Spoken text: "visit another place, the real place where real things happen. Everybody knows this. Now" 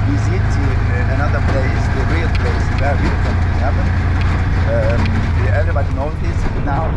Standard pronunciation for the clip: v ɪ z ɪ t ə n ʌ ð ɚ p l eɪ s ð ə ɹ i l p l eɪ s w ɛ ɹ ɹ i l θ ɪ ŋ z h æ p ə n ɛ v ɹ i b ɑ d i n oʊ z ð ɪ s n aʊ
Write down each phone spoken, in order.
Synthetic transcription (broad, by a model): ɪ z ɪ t ə n ʌ ð ɚ p l eɪ s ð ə ɹ i l p l eɪ s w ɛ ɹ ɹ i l f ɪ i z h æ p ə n ɛ v ɹ i b ɑ d i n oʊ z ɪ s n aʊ